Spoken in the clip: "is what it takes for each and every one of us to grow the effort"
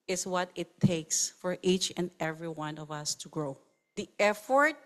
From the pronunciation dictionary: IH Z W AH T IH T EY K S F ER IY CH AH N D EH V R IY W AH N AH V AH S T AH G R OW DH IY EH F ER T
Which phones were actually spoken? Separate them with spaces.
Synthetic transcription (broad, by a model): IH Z W AH T IH T EY K S F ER IY CH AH N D EH V R IY W AH N AH V AH S T AH G R OW DH IY EH F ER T